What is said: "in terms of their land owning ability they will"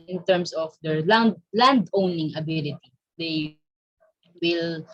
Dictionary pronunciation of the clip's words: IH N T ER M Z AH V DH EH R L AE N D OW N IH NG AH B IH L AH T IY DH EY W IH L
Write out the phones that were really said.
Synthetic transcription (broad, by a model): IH N T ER M S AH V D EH R L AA N D OW N IH NG AH B IH L AH T IY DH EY W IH L